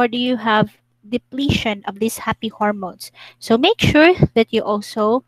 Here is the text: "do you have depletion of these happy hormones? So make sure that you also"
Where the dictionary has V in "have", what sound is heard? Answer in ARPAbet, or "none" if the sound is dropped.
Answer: V